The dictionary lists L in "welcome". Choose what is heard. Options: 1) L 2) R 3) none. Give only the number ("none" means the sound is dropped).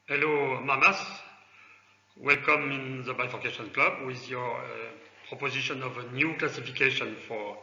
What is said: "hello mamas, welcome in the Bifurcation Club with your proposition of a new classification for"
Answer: 1